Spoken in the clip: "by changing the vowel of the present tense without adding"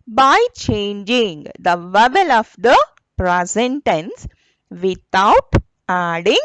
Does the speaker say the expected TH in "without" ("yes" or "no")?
no